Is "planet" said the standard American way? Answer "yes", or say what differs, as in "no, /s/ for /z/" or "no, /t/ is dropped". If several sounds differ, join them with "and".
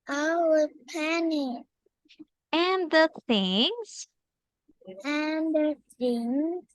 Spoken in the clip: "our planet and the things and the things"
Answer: no, /l/ is dropped